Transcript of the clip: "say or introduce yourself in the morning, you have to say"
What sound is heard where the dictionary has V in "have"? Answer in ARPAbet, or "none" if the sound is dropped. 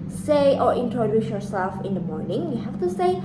F